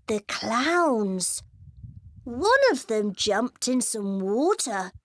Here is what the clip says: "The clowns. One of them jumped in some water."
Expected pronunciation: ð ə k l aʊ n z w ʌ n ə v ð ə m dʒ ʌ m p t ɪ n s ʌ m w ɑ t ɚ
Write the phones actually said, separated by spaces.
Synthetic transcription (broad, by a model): ð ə k l aʊ n z w ʌ n ə v ð ə m dʒ ʌ m p t ɪ n s ʌ m w ɑ t ɚ